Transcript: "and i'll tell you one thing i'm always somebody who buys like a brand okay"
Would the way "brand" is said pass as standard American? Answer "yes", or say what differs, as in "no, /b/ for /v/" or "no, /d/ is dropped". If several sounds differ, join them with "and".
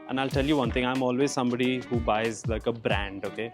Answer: yes